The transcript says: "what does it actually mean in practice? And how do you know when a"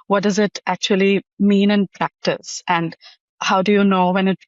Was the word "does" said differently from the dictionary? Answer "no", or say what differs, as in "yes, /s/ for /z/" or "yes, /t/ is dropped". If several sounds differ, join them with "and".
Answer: no